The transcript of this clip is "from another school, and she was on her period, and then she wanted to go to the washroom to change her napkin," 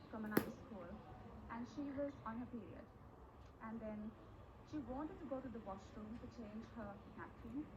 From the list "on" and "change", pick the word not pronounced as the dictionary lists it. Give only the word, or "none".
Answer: none